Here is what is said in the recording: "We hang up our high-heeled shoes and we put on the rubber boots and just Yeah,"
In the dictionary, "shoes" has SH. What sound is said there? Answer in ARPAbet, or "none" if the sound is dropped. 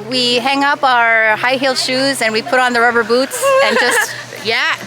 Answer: SH